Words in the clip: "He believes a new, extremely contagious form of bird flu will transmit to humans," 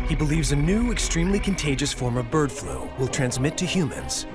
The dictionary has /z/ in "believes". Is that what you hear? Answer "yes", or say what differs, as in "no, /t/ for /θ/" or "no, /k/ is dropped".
yes